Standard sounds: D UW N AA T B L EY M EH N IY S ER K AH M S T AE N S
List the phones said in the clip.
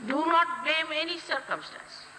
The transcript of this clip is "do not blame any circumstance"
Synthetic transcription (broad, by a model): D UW N AA T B EY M EH N IY S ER K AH M S T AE N S